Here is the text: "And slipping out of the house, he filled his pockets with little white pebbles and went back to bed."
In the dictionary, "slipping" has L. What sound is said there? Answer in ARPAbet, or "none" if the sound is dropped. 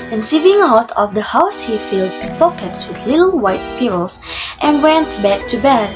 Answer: none